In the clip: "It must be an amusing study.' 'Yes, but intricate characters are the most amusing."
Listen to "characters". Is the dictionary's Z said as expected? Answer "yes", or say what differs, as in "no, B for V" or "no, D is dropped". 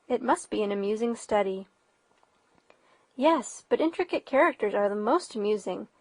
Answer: yes